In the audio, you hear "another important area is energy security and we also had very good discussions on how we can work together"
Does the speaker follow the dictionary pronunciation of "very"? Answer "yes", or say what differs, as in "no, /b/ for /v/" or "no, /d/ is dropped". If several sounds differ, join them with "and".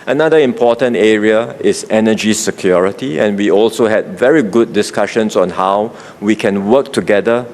yes